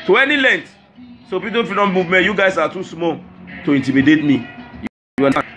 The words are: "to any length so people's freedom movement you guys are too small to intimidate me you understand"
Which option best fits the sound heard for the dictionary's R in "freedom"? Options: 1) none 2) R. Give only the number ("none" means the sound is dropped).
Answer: 1